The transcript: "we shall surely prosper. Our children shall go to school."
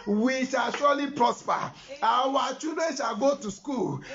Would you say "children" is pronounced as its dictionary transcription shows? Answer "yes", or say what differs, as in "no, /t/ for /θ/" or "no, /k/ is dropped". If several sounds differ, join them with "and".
no, /l/ is dropped